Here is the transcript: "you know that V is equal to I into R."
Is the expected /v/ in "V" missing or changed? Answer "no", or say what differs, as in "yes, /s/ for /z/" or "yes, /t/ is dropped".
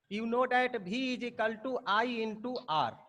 yes, /b/ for /v/